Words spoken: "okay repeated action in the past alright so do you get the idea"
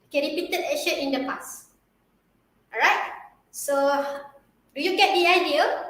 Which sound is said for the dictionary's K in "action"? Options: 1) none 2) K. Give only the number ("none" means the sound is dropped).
1